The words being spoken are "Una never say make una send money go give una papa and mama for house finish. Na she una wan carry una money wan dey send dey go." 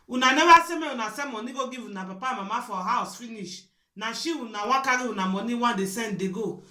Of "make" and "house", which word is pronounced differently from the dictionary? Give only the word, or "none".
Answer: make